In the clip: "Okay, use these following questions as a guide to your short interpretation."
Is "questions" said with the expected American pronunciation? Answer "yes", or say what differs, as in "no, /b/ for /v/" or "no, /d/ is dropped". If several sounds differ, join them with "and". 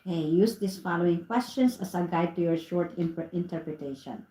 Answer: no, /s/ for /z/